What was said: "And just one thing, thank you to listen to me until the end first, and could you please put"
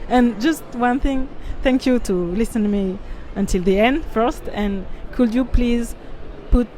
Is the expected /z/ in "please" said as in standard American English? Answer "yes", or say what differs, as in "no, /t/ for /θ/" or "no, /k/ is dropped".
yes